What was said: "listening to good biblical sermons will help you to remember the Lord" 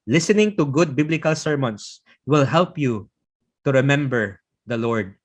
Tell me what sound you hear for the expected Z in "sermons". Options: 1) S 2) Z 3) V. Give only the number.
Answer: 1